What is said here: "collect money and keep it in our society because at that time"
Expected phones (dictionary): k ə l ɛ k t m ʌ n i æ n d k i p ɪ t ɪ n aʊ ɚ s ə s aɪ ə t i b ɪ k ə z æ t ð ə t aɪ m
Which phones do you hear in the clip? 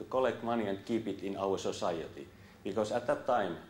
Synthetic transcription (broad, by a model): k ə l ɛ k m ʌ n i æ n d k i p ɪ t ɪ n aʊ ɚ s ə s aɪ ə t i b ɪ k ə s æ t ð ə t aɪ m